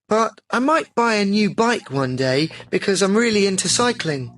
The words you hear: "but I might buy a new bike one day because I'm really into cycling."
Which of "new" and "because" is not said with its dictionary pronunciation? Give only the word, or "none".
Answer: none